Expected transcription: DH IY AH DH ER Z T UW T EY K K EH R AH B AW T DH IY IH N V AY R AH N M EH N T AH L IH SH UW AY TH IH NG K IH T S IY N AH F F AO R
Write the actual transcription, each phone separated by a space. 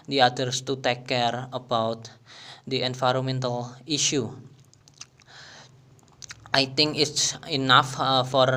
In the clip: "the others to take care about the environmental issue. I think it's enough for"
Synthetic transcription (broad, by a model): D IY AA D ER S T UW T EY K K EH R AH B AW T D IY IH N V AY R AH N M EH N T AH L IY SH UW AY T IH NG K IH T S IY N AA F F AO R